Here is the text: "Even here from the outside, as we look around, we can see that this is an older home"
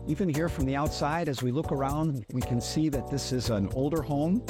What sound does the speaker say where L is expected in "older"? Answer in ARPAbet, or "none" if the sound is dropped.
L